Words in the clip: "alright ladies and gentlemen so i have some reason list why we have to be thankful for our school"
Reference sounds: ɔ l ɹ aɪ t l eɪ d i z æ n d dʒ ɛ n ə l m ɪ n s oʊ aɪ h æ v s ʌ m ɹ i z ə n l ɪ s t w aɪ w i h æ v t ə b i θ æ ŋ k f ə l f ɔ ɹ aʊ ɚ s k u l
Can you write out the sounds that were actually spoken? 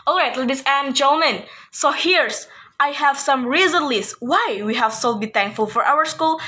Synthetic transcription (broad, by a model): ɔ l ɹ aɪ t l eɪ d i s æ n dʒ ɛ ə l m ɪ n s oʊ aɪ h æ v s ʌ m ɹ i z ə n l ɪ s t w aɪ w i h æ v s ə b i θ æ ŋ k f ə l f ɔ ɹ aʊ ɚ s k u l